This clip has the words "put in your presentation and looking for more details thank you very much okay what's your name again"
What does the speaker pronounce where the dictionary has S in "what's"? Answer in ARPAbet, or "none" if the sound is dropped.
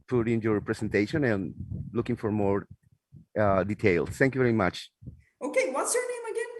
S